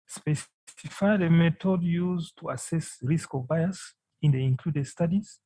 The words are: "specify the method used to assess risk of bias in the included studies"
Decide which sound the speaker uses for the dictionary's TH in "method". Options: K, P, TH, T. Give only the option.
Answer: T